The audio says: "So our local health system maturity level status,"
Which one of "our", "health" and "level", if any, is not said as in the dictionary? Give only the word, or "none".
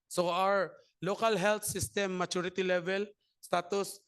health